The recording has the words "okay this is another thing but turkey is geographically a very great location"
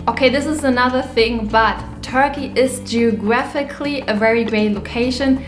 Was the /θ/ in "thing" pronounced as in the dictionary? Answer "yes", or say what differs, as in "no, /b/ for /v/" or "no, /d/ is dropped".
yes